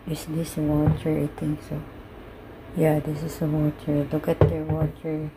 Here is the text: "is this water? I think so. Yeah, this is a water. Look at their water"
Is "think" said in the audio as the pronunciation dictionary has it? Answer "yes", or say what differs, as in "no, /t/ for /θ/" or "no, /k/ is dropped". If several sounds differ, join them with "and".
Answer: no, /t/ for /θ/